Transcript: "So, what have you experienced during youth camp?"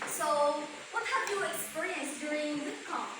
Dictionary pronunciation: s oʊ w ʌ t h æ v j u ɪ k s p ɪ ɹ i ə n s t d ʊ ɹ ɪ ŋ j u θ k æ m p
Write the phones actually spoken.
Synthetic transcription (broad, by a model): s oʊ w ʌ t h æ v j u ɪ k s p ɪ ɹ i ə n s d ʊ ɹ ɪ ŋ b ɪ s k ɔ